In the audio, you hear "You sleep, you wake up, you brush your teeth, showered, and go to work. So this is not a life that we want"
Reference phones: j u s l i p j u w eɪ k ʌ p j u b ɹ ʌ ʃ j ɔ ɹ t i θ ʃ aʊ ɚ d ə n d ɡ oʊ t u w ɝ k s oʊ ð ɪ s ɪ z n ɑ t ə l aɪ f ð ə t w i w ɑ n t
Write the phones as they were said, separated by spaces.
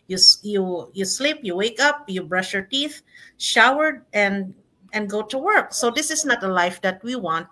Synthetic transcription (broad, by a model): j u s l i p j u w eɪ k ʌ p j u b ɹ ʌ ʃ j ɔ ɹ t i θ ʃ aʊ ɚ d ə n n ɡ oʊ t u w ɝ k s oʊ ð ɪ s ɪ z n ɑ t ə l aɪ f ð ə t w i w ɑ n t